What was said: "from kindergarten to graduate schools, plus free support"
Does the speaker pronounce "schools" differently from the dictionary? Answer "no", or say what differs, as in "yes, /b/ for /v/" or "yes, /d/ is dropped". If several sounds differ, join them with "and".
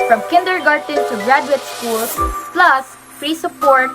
yes, /s/ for /z/